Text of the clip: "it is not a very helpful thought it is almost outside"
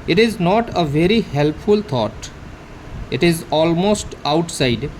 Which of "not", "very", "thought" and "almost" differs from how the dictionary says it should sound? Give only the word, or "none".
thought